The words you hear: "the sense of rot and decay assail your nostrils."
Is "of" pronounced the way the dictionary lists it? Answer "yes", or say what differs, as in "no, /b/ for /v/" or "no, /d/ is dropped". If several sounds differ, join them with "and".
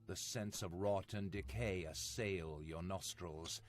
yes